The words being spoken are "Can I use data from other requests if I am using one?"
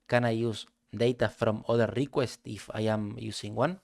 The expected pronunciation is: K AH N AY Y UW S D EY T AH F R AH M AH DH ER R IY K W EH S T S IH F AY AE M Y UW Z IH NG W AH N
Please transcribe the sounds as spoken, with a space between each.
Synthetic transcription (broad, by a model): K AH N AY Y UW S D EY T AH F R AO M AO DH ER R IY K W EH S T IH F AY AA M Y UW S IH NG W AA N